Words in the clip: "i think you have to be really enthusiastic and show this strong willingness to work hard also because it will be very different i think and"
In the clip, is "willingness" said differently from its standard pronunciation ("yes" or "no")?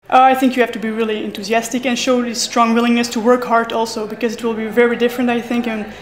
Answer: no